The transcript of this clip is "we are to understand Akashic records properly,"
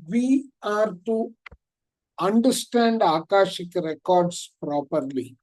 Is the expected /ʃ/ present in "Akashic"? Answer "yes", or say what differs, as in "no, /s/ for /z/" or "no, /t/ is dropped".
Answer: yes